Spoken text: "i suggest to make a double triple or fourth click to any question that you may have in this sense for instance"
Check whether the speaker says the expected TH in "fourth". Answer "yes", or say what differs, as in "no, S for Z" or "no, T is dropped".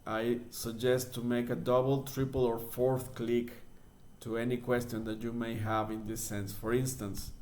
yes